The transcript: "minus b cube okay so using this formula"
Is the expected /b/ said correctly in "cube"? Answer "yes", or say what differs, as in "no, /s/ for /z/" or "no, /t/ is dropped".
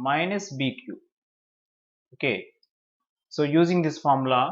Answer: no, /b/ is dropped